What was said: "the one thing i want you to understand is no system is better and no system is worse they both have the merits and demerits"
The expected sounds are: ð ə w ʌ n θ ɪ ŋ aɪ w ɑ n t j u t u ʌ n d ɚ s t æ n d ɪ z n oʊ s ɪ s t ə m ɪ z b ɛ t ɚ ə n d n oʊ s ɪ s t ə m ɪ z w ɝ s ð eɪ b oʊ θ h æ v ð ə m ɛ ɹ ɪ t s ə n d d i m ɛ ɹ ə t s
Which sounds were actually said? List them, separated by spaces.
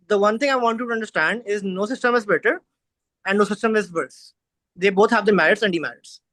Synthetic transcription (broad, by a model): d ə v ʌ n t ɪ ŋ aɪ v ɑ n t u t u ʌ n d ɚ s t æ n d ɪ z n oʊ s ɪ s t ə m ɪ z b ɛ t ɚ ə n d n oʊ s ɪ s t ə m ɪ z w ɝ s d eɪ b oʊ t h æ v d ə m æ ɹ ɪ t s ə n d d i m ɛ ɹ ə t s